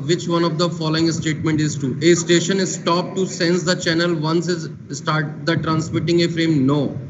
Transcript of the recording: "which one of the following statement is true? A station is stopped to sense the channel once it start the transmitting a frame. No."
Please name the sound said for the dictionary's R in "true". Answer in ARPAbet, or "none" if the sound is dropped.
none